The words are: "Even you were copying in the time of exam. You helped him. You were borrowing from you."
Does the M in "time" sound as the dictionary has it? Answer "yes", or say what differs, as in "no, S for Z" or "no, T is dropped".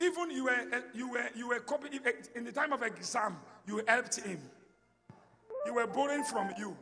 yes